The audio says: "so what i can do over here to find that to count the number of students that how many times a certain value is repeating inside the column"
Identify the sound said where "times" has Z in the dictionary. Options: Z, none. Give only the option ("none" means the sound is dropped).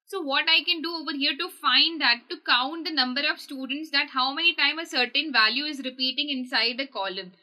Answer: none